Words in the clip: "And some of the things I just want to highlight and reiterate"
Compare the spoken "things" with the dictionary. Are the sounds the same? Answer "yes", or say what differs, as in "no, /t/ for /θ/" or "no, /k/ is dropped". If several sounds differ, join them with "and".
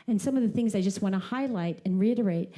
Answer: yes